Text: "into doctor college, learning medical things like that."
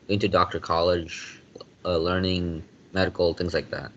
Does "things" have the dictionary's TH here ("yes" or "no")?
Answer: yes